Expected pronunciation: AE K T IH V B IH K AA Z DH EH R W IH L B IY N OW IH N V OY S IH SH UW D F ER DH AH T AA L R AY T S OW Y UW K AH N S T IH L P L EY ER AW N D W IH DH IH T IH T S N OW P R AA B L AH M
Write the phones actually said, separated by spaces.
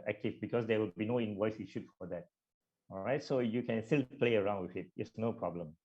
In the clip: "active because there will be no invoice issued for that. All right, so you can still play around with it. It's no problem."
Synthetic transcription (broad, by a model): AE K T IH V B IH K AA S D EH W IH L B IY N OW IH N W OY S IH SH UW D F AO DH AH T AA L R AY T S OW Y UW K AH N S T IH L P L EY ER AW N D W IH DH IH T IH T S N OW P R AA B L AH M